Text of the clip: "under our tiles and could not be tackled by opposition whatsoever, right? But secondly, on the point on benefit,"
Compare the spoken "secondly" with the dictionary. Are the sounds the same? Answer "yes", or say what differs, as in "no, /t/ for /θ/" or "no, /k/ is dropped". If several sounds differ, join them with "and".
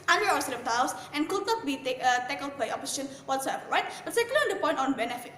no, /n/ is dropped